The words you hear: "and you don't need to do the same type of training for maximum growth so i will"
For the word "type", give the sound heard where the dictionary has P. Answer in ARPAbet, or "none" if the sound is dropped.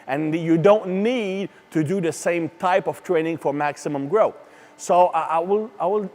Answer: P